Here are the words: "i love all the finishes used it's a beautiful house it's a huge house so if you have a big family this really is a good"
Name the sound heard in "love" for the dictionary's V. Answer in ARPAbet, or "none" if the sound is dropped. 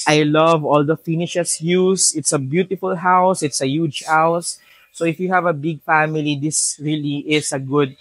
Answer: V